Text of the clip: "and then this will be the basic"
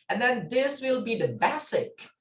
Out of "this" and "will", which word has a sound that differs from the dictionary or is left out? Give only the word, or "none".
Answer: none